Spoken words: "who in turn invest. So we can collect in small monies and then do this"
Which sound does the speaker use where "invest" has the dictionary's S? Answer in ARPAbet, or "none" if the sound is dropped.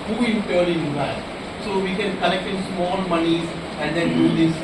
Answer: none